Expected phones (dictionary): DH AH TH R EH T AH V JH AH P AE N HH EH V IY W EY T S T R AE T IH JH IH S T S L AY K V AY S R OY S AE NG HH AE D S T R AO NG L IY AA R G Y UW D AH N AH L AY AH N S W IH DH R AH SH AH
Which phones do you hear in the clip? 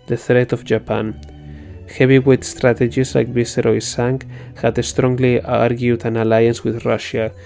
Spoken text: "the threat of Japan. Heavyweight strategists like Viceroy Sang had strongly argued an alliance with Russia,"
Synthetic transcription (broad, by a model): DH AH TH R EH T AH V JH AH P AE N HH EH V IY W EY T S T R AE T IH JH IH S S L AY K B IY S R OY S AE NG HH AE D S T R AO NG L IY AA R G Y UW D AH N AH L AY AH N S W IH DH R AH SH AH